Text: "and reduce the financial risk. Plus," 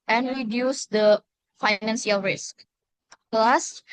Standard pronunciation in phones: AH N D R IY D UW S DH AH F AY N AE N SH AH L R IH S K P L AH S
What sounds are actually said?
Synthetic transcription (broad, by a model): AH N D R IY D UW S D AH F AY N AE N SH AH L R IH S K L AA S